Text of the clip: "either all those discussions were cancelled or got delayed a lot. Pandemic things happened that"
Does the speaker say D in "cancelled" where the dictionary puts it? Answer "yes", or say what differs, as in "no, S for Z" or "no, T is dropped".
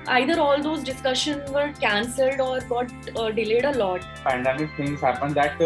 yes